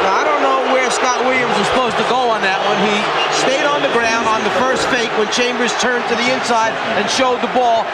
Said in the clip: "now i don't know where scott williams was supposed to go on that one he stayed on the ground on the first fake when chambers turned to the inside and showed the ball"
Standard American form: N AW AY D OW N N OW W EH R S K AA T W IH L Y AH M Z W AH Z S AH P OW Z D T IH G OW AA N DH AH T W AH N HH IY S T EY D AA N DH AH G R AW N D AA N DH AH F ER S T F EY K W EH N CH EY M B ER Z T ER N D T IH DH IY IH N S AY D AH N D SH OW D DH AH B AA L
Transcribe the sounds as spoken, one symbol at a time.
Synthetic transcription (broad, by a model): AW AY D OW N N OW W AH R S K AA T W IH L Y AH M Z W AH Z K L OW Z T IH G OW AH N DH AH T W AH N IY S T EY D N DH AH G R AW N D N DH AH F ER S T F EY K W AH N CH EY M B ER Z T ER N T IH DH IY IH N S AY D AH N SH OW D DH AH B AA L